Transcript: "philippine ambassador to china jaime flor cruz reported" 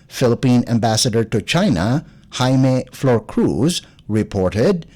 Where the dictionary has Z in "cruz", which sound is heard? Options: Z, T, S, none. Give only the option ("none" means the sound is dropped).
Z